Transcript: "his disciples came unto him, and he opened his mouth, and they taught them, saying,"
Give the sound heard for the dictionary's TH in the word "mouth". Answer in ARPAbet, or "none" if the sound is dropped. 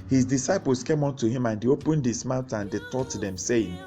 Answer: T